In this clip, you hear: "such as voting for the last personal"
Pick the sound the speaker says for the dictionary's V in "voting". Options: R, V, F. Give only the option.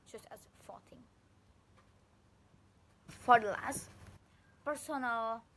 F